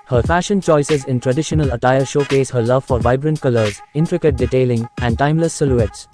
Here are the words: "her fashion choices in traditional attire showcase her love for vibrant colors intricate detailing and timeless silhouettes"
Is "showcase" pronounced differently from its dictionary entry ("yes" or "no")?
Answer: no